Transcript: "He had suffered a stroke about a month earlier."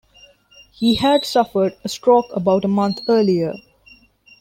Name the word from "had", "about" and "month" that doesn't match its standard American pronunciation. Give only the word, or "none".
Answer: month